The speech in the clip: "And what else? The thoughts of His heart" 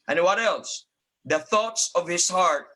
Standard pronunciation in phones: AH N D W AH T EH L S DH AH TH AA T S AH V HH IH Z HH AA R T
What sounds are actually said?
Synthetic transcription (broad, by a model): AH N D W AH T EH L S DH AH TH AA T S AH V HH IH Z HH AA R T